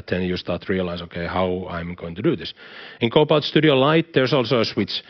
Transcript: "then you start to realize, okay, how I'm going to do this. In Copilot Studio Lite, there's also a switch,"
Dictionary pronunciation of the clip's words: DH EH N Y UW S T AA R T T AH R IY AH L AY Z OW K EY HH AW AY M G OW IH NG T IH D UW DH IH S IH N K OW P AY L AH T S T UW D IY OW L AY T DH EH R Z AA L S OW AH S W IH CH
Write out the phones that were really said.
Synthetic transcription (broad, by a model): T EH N Y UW S T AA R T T R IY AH L AY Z OW K EY HH AW AY M G OW IH NG T IH D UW DH IH S IH N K OW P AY AH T S T UW D IY OW L AY T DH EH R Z AA L S OW AH S W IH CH